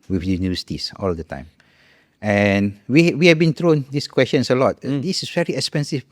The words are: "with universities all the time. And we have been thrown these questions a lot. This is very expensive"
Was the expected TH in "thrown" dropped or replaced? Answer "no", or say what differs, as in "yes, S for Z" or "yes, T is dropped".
yes, T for TH